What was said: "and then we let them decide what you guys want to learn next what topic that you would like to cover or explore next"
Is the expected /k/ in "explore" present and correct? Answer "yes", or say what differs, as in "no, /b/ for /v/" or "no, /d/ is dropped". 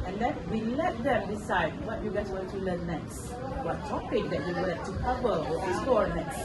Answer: no, /k/ is dropped